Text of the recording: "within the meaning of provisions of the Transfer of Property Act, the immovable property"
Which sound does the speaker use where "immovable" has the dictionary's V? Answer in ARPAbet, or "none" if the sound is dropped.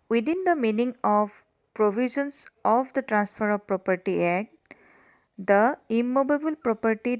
B